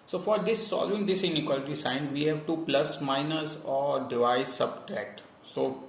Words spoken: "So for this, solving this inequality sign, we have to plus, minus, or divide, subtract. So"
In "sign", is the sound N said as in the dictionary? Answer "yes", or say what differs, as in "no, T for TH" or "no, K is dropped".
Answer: yes